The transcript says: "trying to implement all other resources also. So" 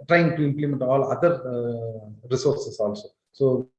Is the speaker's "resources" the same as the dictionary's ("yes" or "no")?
no